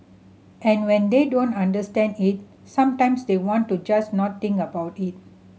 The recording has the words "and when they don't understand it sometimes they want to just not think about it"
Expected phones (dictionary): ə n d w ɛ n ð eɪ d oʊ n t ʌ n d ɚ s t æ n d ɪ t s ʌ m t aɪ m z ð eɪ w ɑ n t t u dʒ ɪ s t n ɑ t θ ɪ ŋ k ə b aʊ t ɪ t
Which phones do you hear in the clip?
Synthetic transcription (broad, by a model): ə n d w ɛ n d eɪ d oʊ n t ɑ n d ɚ s t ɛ n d ɪ t s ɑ m t aɪ m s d eɪ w ɑ n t t u dʒ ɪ s n ɑ t t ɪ ŋ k ə b aʊ t ɪ t